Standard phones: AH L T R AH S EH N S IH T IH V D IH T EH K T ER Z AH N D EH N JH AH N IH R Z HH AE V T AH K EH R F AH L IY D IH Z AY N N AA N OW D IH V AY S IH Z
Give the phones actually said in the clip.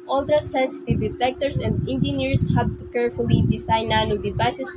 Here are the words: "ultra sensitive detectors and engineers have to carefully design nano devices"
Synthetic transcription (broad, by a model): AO L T R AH S EH N S IH T IH V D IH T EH K T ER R AH N D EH N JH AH N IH R S HH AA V T AH K EH R F AH L IY D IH S AY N N AA N OW D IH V AY S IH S